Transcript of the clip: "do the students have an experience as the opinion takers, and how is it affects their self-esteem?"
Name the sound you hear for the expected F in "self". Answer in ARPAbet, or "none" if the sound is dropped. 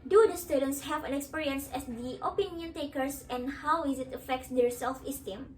F